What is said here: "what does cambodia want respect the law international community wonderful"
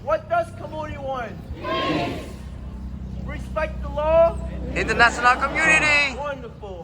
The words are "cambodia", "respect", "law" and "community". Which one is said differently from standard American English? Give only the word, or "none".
cambodia